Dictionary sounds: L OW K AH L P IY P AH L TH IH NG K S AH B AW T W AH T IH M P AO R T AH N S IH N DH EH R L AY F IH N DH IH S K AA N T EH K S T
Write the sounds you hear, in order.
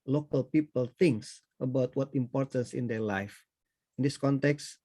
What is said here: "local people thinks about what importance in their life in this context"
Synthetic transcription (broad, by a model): L OW K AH L P IY P AH L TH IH NG K S AH B AW T W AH T IH M P AO R T AH N S IH N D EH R L AY F IH N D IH S K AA N T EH K S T